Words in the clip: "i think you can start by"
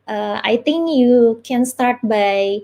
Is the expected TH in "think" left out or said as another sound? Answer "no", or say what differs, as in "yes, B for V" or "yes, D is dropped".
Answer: yes, T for TH